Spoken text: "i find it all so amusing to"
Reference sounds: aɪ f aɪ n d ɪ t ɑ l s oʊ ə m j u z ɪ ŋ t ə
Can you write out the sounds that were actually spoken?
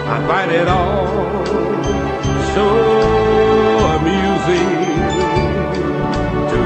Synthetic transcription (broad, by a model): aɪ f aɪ d ɪ t ɑ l s oʊ ə m j u z ɪ ŋ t